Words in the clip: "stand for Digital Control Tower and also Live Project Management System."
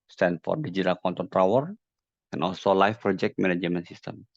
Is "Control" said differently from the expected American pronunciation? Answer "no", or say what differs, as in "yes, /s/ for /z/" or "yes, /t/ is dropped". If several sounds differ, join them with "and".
yes, /ɹ/ is dropped and /n/ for /l/